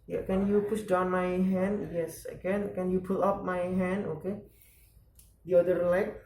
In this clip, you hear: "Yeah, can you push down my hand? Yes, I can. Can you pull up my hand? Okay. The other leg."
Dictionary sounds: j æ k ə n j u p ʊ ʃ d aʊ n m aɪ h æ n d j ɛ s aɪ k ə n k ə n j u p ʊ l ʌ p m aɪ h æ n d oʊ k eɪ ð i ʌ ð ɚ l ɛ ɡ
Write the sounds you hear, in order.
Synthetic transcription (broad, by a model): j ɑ k ə n j u p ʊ s d aʊ n m aɪ h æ n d j ɛ s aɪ k ə n k ə n j u p ʊ l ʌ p m aɪ h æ n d oʊ k eɪ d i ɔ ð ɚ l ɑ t